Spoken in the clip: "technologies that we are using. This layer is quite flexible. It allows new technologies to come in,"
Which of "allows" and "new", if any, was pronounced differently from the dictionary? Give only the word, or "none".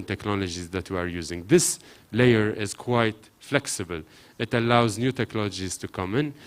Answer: none